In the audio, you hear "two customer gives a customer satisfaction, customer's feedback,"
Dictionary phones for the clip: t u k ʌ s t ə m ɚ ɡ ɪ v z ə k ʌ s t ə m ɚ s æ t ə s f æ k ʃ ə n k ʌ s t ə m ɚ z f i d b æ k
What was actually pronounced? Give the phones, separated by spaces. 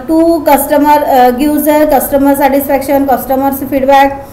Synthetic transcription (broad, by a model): t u k ʌ s t ə m ɚ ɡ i z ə k ʌ s t ə m ɚ s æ t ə s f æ k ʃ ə n k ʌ s t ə m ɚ s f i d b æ k